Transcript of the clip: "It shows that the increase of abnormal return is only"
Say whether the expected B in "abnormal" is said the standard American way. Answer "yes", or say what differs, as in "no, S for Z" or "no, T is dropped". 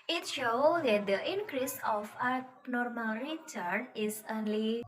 no, B is dropped